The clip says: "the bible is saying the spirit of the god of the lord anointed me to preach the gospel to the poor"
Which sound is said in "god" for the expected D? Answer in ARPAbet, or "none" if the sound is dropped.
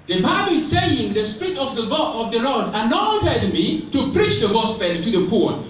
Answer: none